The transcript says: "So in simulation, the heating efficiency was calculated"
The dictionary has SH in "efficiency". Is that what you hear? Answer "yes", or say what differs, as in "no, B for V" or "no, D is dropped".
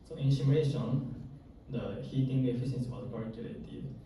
no, S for SH